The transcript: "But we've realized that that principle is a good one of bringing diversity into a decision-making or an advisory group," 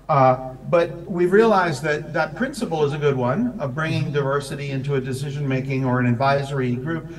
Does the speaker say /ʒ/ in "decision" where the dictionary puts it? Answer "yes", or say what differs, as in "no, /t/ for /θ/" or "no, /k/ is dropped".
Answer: yes